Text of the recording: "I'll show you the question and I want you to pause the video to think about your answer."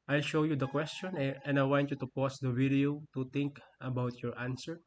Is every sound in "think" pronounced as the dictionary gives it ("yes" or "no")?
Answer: no